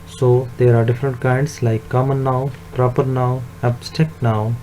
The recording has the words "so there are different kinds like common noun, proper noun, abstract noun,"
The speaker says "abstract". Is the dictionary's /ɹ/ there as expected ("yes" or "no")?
no